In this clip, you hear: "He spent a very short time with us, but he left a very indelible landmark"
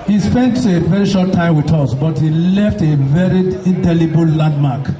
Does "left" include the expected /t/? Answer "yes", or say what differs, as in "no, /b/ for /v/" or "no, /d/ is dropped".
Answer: yes